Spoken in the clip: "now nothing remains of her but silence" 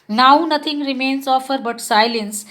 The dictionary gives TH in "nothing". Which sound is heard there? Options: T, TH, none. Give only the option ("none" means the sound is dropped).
T